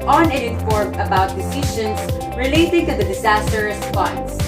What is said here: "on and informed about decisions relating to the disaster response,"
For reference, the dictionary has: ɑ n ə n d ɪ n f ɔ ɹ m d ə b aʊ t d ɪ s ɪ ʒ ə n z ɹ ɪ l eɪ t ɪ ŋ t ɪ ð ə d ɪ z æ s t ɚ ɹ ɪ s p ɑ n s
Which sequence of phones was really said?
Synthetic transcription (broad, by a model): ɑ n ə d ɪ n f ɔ ɹ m ə b aʊ t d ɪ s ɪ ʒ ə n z ɹ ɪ l eɪ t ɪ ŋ t ɪ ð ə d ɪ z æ s t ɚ ɹ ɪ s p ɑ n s